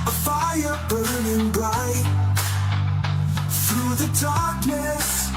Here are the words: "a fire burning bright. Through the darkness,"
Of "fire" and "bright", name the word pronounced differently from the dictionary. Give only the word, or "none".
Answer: bright